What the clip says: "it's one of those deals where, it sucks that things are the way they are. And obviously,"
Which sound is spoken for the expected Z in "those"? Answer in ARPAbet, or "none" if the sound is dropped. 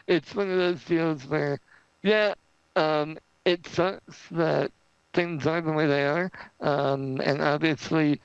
Z